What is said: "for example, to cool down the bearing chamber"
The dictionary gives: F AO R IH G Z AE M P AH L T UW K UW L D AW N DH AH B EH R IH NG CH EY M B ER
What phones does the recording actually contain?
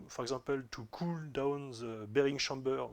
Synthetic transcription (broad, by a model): F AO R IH G Z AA P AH L T UW K UW L D AW N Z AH B EH R IH NG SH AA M B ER